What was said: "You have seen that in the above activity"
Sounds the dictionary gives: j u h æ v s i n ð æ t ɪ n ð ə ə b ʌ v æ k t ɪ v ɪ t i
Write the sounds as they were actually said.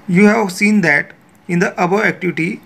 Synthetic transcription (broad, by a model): j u h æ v s i n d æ t ɪ n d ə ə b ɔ æ k t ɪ v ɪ t i